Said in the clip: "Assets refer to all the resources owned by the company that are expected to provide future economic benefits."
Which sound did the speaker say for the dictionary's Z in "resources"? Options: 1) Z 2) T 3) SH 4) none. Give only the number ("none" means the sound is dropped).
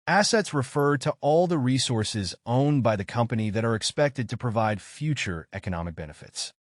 1